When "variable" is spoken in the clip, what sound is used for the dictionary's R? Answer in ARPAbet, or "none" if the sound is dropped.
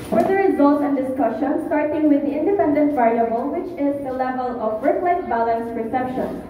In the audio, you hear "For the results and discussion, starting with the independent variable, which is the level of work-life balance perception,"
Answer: none